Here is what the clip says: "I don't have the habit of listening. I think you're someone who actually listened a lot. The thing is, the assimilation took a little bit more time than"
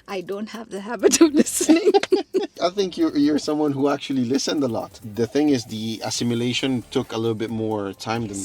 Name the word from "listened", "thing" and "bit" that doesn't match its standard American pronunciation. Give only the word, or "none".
none